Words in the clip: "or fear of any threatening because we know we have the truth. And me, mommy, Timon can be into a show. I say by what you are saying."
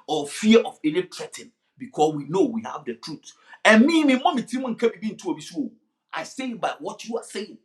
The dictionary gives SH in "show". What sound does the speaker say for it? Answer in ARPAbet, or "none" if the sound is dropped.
S